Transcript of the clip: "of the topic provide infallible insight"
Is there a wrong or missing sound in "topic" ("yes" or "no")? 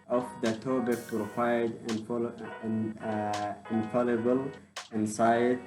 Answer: yes